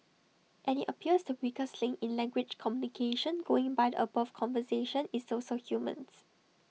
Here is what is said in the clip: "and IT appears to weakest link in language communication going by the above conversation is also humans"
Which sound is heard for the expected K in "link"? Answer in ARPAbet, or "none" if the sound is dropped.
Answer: none